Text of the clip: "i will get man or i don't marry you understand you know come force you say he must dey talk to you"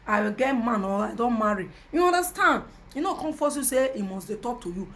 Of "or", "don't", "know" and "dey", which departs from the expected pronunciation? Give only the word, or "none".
or